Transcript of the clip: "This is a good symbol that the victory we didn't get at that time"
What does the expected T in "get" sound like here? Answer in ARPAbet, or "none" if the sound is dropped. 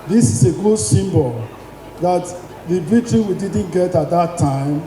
T